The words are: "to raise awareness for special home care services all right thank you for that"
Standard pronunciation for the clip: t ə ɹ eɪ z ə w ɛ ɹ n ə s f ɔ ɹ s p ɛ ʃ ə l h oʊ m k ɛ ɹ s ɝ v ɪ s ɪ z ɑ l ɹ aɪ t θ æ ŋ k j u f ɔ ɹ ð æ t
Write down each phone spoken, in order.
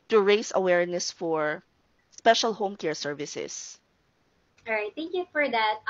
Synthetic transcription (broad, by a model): t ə ɹ eɪ s ə w ɛ ɹ n ə s f ɔ ɹ s p ɛ ʃ ə l h oʊ m k ɛ ɹ s ɝ v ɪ s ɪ s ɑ ɹ aɪ t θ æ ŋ k j u f ɔ ɹ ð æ t